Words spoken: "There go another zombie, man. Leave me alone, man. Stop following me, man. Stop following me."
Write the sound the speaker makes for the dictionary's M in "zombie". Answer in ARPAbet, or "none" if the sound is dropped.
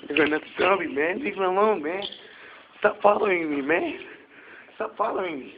none